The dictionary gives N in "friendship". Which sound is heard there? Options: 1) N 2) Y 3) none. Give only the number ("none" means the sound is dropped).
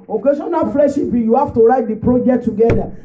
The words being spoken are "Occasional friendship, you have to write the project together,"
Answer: 3